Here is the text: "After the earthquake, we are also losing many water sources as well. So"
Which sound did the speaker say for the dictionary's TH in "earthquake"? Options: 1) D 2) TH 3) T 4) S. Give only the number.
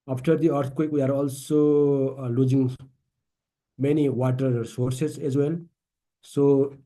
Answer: 3